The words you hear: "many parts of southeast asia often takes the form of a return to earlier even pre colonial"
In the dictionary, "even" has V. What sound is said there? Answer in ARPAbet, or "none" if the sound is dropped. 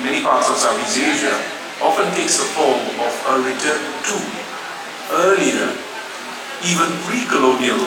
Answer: V